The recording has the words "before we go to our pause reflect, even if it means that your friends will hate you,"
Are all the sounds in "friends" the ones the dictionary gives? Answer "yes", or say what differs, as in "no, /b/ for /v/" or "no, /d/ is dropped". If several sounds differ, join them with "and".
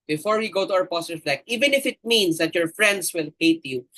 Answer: no, /s/ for /z/